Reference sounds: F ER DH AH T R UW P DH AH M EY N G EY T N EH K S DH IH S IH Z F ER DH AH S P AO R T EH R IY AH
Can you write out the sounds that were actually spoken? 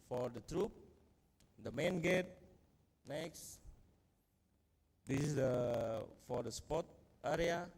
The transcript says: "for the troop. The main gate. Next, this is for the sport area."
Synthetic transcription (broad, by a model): F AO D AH T R UW P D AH M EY N G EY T N EH K S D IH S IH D F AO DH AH S P AO T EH R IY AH